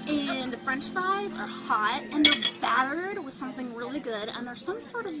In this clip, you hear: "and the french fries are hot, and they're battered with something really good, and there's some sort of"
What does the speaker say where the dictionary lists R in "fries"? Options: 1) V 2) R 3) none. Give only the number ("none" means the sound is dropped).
3